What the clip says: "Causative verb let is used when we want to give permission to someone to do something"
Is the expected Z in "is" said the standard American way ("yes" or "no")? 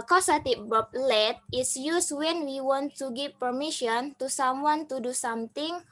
no